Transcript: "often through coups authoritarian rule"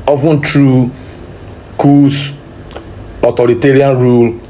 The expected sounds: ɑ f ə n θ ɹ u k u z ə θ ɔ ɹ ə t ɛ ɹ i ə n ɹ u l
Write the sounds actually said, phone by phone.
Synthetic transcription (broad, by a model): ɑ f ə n t ɹ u k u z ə t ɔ ɹ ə t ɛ ɹ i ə n ɹ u l